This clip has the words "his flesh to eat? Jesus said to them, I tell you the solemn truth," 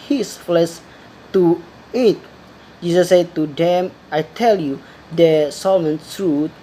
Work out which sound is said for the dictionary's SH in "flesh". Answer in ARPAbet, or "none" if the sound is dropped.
S